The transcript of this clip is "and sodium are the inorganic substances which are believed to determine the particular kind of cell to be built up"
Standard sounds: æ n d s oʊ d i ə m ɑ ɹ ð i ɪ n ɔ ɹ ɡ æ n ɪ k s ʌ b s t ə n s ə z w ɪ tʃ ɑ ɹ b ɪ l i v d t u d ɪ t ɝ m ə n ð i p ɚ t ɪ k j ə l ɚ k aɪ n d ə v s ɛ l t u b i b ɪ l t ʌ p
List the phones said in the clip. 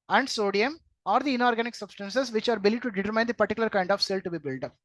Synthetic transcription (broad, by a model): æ n d s oʊ d i ə m ɑ ɹ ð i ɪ n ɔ ɹ ɡ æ n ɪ k s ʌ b s t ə n s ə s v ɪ tʃ ɑ ɹ b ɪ l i d t u d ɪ t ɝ m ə n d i p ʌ t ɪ k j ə l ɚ k aɪ n d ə f s ɛ l t u b i b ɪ l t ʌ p